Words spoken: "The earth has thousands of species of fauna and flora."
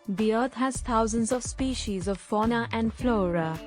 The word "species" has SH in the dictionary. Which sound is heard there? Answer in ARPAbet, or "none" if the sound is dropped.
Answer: SH